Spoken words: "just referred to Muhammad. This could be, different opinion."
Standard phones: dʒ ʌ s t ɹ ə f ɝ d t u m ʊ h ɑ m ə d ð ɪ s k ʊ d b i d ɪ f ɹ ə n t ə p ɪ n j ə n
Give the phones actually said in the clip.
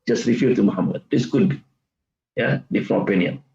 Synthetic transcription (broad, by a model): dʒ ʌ s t ɹ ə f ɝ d t u m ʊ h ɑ m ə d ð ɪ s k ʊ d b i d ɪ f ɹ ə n ə p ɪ n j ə n